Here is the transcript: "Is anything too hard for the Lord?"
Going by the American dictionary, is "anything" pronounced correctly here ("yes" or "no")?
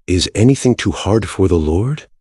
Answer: yes